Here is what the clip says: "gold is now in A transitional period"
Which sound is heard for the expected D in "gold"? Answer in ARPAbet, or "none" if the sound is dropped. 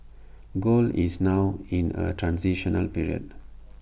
none